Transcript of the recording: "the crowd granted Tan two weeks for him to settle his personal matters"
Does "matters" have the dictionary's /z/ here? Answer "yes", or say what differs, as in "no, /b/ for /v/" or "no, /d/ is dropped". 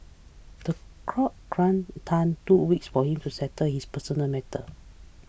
no, /z/ is dropped